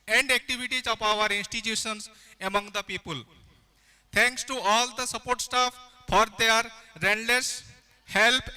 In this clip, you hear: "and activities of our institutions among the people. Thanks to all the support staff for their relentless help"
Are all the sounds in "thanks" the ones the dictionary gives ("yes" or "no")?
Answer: no